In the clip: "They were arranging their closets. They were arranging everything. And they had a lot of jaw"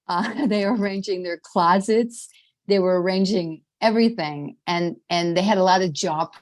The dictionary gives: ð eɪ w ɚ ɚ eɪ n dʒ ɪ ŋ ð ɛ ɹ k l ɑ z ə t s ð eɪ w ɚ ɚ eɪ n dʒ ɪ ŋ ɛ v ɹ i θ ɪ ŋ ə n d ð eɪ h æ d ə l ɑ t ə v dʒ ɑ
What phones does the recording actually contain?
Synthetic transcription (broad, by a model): ð eɪ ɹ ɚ ɚ eɪ n dʒ ɪ ŋ ð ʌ ɹ k l ɑ z ə t s ð eɪ w ɚ ɚ eɪ n dʒ ɪ ŋ ɛ v ɹ i θ ɪ ŋ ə n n ð eɪ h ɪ d ə l ɑ t ə v dʒ ɑ